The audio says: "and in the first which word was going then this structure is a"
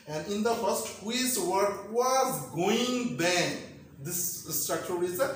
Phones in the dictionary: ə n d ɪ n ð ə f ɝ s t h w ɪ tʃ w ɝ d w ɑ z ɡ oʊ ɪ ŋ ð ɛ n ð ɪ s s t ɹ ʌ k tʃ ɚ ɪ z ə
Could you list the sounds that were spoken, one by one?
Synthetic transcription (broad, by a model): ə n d ɪ n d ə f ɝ s t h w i s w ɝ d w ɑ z ɡ oʊ ɪ ŋ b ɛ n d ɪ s s t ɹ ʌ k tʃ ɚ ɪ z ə